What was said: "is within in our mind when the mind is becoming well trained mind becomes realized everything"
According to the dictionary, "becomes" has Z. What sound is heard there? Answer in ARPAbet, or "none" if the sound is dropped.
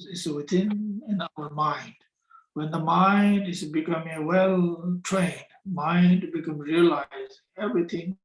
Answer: none